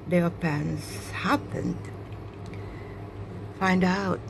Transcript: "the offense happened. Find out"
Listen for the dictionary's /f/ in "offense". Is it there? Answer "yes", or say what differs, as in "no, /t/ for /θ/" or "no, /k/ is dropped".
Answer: no, /p/ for /f/